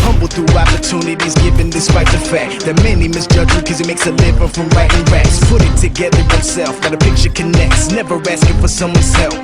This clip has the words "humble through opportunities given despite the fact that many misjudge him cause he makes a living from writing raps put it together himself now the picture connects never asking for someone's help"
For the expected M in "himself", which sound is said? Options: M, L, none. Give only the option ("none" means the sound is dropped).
none